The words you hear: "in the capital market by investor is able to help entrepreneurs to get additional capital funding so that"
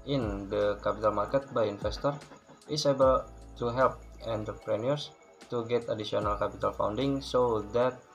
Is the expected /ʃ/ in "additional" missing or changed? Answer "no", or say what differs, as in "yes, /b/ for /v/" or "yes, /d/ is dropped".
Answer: yes, /s/ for /ʃ/